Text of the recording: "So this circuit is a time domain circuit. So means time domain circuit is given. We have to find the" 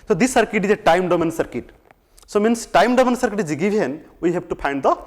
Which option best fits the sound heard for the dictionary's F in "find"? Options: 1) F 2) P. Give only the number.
2